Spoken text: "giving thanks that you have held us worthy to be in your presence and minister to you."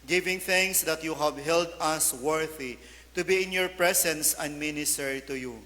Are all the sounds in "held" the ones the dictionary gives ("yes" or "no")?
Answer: yes